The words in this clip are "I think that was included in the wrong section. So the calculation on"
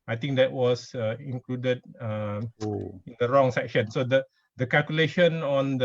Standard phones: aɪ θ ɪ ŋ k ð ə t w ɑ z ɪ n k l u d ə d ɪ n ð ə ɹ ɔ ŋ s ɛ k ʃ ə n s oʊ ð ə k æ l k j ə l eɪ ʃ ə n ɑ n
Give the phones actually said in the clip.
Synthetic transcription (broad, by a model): aɪ t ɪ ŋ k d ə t w ɑ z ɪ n k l u d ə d ɪ n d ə ɹ ɔ ŋ s ɛ k ʃ ə n s oʊ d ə k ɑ l k j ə l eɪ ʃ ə n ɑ n